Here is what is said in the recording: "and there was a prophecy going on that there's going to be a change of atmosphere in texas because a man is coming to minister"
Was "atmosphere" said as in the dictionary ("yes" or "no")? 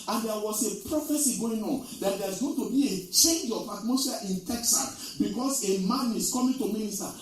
no